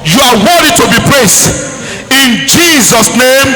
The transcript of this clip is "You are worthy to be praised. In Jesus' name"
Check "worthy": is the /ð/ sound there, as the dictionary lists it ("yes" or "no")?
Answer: no